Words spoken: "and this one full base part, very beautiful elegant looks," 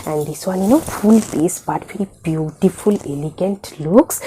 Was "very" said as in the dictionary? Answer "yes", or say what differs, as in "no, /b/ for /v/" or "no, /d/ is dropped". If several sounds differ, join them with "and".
no, /l/ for /ɹ/